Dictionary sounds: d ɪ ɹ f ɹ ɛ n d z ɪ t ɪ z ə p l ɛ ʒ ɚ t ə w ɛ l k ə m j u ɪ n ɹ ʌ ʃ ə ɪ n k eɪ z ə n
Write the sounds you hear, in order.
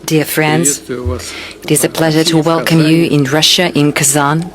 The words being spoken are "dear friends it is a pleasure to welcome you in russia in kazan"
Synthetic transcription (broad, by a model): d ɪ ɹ f ɹ ɛ n d z ɪ t ɪ z ə p l ɛ ʒ ɚ t ə w ɛ l k ə m j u ɪ n ɹ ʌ ʃ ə ɪ n k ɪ z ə n